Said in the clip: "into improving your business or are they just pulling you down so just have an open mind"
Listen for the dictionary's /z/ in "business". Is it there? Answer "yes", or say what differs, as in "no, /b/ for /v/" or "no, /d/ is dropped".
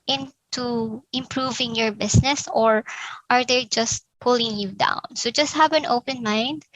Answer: no, /s/ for /z/